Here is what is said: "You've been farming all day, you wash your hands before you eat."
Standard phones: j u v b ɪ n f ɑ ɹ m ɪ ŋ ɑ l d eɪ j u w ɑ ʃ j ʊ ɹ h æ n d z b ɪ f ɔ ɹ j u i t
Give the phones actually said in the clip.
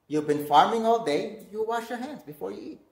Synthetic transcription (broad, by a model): j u v b ɪ n f ɑ ɹ m ɪ ŋ ɑ l d eɪ j u w ɑ ʃ j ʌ ɹ h æ n d z b ɪ f ɔ ɹ j u i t